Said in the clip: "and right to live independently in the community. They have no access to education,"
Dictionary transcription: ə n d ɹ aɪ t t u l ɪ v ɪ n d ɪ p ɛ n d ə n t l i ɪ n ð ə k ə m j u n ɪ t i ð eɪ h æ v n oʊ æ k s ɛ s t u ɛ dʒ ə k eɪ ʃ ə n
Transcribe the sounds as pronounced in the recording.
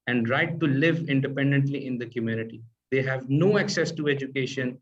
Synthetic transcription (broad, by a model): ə n d ɹ aɪ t t u l ɪ v ɪ n d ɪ p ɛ n d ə n t l i ɪ n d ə k ə m j u n ɪ t i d eɪ h æ v n oʊ æ k s ɛ s t u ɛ dʒ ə k eɪ ʃ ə n